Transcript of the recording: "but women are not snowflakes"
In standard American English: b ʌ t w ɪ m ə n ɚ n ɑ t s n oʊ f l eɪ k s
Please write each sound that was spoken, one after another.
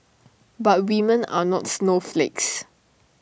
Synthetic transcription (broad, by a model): b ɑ t w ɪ m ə n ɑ n ɑ t s n oʊ f l eɪ k s